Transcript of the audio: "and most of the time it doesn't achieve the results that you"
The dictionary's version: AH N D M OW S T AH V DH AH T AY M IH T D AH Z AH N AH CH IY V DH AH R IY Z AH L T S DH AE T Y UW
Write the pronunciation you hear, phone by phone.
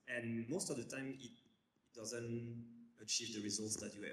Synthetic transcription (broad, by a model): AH N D M OW S T AH V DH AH T AY M IH T D AH Z AH N AH CH IY V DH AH R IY Z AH L T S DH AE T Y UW